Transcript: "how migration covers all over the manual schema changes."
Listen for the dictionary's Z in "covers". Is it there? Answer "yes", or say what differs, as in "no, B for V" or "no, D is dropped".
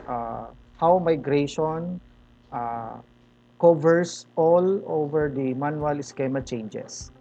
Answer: no, S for Z